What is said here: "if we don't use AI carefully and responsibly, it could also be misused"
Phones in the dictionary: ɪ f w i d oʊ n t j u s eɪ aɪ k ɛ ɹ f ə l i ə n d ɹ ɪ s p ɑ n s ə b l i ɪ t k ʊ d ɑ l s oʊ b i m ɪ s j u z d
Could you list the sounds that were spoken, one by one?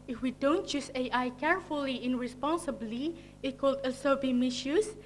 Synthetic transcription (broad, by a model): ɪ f w i d oʊ n t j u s eɪ aɪ k ɛ ɹ f ə l i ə n ɹ ɪ s p ɑ n s ə b l i ɪ t k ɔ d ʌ s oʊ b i m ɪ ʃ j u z